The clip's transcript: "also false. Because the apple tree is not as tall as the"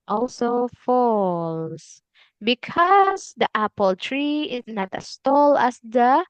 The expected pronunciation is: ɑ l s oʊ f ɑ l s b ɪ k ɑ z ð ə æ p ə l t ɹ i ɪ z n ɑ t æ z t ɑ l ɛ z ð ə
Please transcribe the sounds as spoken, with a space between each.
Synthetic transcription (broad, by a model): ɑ l s oʊ f ɑ l s b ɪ k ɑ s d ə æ p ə l t ɹ i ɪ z n ɑ t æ s t ɑ l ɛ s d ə